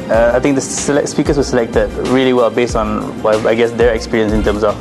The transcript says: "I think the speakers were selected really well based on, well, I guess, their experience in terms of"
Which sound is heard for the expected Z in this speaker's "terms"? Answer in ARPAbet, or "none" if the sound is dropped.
S